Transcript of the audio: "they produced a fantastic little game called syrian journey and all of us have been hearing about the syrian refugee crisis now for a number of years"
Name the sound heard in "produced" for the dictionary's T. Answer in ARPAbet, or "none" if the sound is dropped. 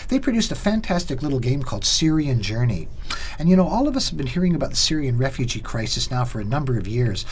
T